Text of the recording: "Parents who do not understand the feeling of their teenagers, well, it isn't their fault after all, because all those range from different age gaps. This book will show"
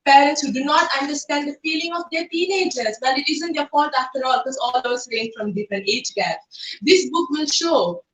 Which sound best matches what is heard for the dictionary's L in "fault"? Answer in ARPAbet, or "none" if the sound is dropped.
none